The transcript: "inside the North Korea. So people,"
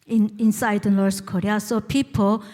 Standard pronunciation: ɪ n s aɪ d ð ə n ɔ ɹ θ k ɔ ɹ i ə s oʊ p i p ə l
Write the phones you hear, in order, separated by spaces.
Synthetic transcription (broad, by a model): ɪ n s aɪ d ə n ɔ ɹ s k ɔ ɹ i ə s oʊ p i p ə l